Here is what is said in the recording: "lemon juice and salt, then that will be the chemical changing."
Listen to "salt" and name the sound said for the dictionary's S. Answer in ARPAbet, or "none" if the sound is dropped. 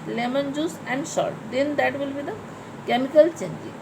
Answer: SH